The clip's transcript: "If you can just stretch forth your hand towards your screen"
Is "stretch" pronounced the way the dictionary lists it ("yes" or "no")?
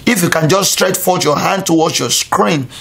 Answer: yes